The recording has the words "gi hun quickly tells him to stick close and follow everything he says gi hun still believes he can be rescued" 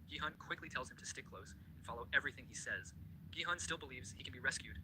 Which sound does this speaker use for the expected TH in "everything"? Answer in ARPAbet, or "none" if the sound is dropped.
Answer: TH